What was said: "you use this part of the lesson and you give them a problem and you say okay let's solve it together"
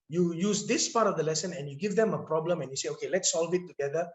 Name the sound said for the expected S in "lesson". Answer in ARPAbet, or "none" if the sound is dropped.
S